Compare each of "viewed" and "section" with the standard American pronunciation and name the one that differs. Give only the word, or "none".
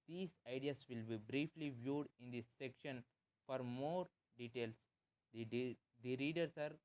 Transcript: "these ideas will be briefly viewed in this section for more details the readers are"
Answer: none